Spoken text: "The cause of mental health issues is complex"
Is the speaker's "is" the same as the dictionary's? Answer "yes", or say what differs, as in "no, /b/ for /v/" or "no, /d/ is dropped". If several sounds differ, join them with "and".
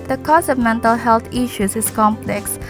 no, /s/ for /z/